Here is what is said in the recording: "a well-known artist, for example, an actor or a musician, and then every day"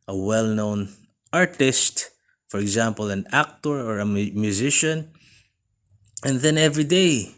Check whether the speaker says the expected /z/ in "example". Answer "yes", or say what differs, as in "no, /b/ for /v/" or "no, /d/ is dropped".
yes